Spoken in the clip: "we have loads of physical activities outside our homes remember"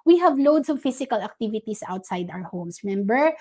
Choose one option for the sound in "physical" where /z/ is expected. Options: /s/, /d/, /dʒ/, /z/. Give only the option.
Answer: /s/